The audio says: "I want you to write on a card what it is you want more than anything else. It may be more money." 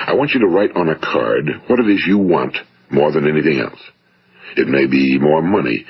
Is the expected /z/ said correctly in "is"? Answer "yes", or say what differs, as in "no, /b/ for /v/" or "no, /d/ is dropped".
yes